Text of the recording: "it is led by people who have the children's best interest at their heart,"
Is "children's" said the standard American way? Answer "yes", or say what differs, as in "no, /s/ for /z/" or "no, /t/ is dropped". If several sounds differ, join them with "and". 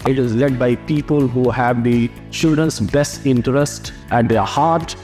no, /l/ is dropped and /ɹ/ is dropped and /s/ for /z/